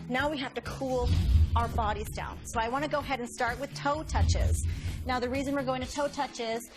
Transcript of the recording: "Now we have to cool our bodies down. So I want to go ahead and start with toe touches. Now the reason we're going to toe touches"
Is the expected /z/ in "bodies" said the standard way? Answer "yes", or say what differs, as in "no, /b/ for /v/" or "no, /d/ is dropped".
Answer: yes